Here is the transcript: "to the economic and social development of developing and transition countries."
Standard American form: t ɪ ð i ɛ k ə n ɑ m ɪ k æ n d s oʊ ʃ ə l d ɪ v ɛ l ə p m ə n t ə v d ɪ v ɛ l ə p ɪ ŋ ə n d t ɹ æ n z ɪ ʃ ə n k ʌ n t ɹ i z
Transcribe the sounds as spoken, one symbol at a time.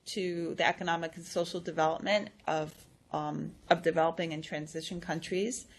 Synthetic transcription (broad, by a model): t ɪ ð i ɛ k ə n ɑ m ɪ k n s oʊ ʃ l d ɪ v ɛ l ə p m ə n t ə v d ɪ v ɛ l ə p ɪ ŋ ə n t ɹ æ n z ɪ ʃ ə n k ʌ n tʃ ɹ i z